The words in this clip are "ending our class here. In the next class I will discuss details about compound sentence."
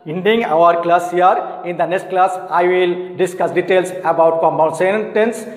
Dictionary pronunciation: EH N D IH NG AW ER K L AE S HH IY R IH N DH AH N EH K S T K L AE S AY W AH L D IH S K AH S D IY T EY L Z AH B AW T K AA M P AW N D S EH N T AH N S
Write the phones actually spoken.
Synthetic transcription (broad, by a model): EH N D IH NG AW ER K L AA S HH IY R IH N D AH N EH K S T K L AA S AY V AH L D IH S K AH S D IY T EY L S AH B AW T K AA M AW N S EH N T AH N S